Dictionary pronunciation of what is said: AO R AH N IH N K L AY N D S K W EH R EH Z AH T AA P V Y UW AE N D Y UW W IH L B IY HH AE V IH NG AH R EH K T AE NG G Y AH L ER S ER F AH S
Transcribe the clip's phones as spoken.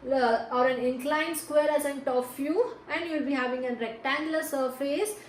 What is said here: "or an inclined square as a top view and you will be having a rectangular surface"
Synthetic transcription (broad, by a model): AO R AH N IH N K L AY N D S K W EH R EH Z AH T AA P F Y UW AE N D Y UW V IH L B IY HH AE V IH NG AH R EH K T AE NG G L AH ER S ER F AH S